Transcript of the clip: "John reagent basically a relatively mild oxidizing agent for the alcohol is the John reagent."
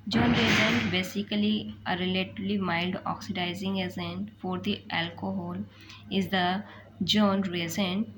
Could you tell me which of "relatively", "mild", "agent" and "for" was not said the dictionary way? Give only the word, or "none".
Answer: agent